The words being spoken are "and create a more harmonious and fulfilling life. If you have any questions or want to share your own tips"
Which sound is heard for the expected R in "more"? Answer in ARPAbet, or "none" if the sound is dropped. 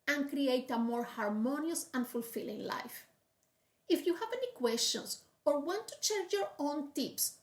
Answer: R